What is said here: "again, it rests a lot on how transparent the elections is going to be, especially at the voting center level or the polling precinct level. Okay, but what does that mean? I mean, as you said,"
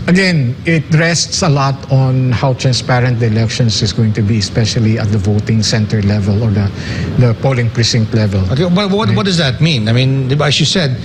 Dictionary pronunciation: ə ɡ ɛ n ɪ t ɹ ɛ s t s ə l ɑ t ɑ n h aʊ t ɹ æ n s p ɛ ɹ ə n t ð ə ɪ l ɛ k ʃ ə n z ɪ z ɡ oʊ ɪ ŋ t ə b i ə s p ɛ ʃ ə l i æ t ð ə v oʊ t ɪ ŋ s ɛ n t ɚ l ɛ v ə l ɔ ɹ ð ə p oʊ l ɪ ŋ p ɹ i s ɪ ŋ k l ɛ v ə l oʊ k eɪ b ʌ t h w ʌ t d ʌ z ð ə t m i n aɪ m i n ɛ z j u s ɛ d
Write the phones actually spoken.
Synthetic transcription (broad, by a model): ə ɡ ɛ n ɪ t ɹ ɛ s t s ə l ɑ t ɑ n h aʊ t ɹ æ n s p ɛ ɹ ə n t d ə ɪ l ɛ k ʃ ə n s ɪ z ɡ oʊ ɪ ŋ t ə b i ə s p ɛ ʃ ə l i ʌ t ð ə v oʊ t ɪ ŋ s ɛ n t ɚ l ɛ v ə l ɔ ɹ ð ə p oʊ l ɪ ŋ p ɹ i s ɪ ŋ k l ɛ v ə l oʊ k eɪ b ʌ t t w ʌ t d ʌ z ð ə t m i n aɪ m i n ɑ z j u s ɛ d